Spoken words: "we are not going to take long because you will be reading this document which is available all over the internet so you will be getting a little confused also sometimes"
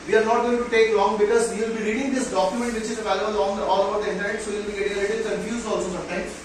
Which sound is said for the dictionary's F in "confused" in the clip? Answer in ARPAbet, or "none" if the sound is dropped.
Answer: none